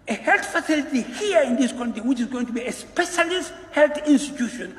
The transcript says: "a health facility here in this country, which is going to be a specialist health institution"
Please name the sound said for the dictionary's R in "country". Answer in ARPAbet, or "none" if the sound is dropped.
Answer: none